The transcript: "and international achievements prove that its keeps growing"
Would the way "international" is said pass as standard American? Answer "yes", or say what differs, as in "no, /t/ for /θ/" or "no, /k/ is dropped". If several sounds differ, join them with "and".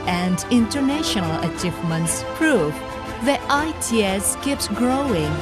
yes